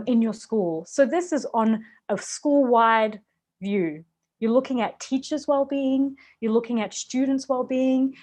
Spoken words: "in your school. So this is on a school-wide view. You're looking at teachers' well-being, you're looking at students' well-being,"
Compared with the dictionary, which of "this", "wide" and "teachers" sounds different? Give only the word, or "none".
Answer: none